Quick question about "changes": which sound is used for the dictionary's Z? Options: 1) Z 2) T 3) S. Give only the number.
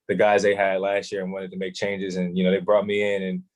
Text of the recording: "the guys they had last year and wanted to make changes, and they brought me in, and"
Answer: 1